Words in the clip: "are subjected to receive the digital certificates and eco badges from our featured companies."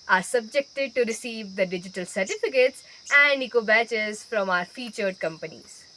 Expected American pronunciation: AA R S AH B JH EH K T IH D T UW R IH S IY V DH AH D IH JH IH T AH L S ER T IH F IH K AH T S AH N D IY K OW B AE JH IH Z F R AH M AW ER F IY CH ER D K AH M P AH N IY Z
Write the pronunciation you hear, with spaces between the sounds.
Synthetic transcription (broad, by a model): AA R S AH B JH EH K T IH D T UW R IH S IY V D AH D IH JH IH T AH L S ER T IH F IH K AH T S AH N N IY K OW B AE CH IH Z F R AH M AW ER F IY CH ER D K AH M P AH N IY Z